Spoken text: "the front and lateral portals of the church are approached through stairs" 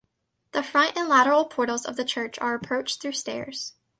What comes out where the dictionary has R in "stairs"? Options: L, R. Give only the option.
R